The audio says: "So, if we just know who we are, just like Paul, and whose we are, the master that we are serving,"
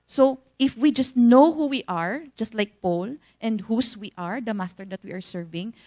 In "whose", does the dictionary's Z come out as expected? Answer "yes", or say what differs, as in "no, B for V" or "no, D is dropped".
no, S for Z